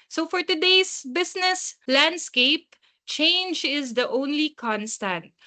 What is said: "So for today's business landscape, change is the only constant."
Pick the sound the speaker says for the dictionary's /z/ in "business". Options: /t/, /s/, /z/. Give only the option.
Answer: /s/